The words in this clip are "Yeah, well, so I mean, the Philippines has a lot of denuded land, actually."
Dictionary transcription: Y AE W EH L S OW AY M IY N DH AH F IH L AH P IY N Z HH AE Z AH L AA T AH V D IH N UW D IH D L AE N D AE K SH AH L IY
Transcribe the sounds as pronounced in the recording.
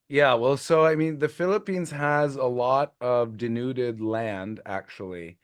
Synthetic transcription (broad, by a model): Y AE W EH L S OW AY M IY N DH AH F IH L AH P IY N Z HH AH Z AH L AA T AH V D IH N UW D IH D L AE N D AE K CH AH L IY